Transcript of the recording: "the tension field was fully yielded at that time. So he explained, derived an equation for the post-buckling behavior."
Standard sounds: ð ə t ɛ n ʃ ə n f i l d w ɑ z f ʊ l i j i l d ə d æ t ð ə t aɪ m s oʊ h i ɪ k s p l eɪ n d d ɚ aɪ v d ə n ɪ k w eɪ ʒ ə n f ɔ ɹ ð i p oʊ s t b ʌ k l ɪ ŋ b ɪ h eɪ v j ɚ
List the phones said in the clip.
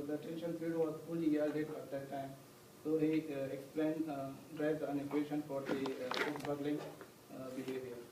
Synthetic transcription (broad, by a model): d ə t ɛ n ʃ ə n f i d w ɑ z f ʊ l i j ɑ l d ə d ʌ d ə t aɪ m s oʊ h i ɪ k s p l eɪ n d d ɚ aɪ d ə n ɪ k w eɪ ʃ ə n f ɔ ɹ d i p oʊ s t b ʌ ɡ l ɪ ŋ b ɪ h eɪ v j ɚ